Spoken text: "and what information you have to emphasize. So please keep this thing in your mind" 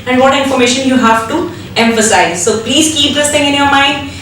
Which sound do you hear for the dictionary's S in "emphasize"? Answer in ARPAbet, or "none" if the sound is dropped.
S